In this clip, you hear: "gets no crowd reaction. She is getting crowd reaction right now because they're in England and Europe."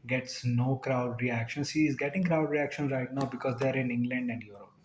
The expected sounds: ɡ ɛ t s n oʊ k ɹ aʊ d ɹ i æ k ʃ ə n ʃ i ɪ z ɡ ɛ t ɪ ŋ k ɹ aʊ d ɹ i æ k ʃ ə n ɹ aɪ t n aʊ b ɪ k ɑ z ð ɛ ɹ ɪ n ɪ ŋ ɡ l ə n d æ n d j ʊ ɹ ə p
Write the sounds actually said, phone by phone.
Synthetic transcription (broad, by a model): ɡ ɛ t s n oʊ k ɹ aʊ d ɹ i æ k ʃ ə n s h ɪ z ɡ ɛ t ɪ ŋ k ɹ aʊ d ɹ i æ k ʃ ə n ɹ aɪ t n aʊ b ɪ k ɑ z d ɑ ɹ ɪ n ɪ ŋ ɡ l ə n d æ n d j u ɹ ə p